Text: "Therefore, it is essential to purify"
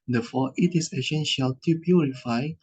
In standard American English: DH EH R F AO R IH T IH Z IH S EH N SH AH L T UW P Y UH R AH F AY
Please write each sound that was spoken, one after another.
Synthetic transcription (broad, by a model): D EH F AO IH T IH S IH SH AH N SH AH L T UW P Y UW R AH F AY